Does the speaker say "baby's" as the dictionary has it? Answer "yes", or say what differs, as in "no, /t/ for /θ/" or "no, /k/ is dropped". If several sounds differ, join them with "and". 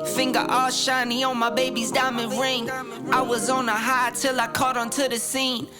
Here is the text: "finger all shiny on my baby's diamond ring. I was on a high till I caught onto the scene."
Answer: yes